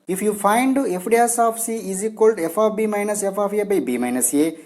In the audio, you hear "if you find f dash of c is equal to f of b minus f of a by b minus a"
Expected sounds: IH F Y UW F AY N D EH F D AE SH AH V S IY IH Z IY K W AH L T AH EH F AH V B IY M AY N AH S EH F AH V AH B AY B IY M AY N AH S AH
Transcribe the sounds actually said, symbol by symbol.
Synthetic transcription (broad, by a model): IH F Y UW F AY N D EH F D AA S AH F S IY IH Z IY K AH L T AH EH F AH F B IY M AY N AH S EH F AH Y AH B AY B IY M AY N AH S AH